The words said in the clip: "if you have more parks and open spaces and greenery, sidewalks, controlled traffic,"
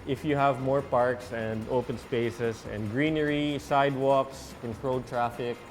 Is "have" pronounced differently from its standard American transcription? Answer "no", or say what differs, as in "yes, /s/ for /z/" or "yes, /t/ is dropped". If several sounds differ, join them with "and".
no